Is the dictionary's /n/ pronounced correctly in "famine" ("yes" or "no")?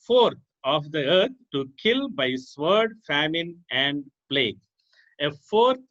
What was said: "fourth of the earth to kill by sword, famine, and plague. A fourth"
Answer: yes